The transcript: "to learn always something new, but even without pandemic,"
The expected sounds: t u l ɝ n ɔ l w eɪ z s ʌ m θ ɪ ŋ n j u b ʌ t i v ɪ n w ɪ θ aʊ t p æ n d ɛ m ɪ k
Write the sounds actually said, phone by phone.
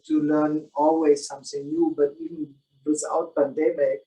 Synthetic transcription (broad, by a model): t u l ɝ n ɔ l w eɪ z s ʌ m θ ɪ ŋ n j u b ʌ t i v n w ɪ s aʊ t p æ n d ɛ m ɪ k